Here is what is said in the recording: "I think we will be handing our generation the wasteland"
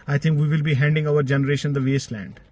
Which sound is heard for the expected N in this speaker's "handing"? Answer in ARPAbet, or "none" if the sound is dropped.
N